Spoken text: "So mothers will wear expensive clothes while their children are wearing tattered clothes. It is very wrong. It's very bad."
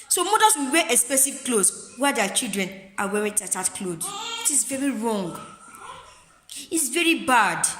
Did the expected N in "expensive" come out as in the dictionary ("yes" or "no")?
no